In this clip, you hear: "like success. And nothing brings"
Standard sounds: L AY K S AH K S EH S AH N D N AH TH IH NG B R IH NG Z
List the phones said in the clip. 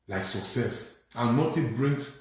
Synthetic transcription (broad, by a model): L AY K S AH K S EH S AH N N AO T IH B R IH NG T